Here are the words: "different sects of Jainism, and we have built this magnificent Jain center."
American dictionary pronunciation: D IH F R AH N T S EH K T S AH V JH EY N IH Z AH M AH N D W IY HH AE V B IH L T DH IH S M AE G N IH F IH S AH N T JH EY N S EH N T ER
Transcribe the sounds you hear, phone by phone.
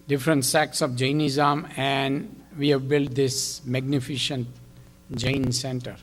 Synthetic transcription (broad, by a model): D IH F R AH N T S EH K S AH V JH EY N IH Z AH M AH N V IY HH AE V B IH L T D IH S M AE G N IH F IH SH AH N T JH EY N S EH N T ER